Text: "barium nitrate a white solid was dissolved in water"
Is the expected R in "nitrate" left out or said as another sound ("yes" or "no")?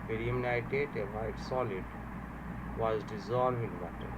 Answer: yes